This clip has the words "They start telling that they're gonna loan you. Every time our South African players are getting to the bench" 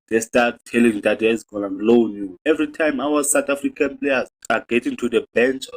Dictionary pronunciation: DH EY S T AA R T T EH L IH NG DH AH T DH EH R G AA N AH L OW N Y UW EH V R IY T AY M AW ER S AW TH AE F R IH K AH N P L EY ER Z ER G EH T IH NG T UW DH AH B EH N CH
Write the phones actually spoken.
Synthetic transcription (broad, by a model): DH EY S T AA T T EH L IH NG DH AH T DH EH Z G AA N AH L OW N Y UW EH V R IY T AY M AW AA S AW T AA F R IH K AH N P L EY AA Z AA G EH T IH NG T UW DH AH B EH N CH